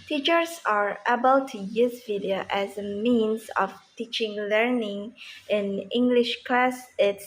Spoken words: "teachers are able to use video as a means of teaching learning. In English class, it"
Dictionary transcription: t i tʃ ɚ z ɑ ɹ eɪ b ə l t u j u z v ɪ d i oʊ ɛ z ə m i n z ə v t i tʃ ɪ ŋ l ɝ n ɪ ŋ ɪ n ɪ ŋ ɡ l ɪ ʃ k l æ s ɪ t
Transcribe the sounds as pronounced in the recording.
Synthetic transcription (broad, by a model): t i tʃ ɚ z ɑ ɹ eɪ b ə l t u j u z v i d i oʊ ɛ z ə m i n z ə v t i tʃ ɪ ŋ l ɝ n ɪ ŋ ɪ n ɪ ŋ ɡ l ɪ ʃ k l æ s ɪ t